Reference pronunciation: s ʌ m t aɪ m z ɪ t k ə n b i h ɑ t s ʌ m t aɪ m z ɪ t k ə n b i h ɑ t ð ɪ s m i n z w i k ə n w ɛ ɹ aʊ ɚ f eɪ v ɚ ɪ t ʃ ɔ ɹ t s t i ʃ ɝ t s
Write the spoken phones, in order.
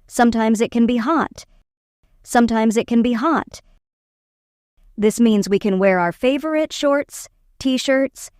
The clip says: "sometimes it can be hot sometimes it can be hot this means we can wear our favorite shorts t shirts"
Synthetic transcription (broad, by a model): s ʌ m t aɪ m z ɪ t k ə n b i h ɑ t s ʌ m t aɪ m z ɪ t k ə n b i h ɑ t ð ɪ s m i n z w i k ə n w ɛ ɹ aʊ ɚ f eɪ v ɚ ɪ t ʃ ɔ ɹ t s t i ʃ ɝ t s